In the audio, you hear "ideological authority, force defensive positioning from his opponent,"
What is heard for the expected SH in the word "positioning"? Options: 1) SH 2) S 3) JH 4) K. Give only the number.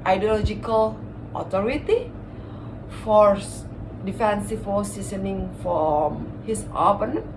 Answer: 2